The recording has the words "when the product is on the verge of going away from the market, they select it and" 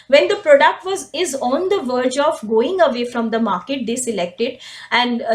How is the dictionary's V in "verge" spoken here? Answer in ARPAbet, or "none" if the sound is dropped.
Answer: V